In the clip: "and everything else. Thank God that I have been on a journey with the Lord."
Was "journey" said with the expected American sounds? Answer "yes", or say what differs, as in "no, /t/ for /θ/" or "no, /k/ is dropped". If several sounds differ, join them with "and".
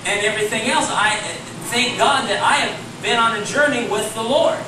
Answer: yes